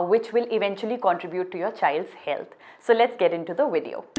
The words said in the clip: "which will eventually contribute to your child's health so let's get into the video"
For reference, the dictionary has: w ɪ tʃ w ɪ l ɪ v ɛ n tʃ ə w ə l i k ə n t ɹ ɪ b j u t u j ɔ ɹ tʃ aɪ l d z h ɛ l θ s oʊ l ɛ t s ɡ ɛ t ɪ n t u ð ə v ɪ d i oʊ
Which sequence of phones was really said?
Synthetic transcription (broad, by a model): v ɪ tʃ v ɪ l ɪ v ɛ n tʃ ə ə l i k ə n t ɹ ɪ b j u t u j ɔ ɹ tʃ aɪ l d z h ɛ l t s oʊ l ɛ t s ɡ ɛ t ɪ n t u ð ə v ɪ d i oʊ